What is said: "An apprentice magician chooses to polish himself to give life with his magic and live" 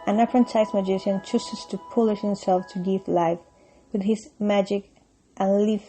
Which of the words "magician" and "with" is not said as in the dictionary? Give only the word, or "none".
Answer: none